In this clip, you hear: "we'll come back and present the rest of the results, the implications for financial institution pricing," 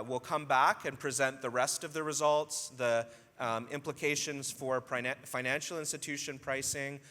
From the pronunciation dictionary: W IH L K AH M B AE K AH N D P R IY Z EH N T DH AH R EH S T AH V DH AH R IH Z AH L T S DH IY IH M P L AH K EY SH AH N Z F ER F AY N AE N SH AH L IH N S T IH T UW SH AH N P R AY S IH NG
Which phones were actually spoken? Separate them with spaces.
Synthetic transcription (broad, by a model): W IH L K AH M B AE K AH N P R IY Z EH N DH AH R EH S T AH V DH AH R IH Z AH L T S DH IY IH M P L AH K EY SH AH N Z F ER F AY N AE N SH L IH N S T IH T UW SH AH N P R AY S IH NG